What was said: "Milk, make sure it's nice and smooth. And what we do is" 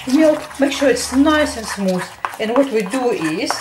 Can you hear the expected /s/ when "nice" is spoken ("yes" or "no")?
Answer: yes